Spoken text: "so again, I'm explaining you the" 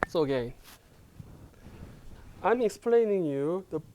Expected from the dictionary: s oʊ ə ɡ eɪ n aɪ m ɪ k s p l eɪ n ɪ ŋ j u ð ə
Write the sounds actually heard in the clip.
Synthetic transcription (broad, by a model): s oʊ ə ɡ eɪ n aɪ m ɪ k s p l eɪ n ɪ ŋ j u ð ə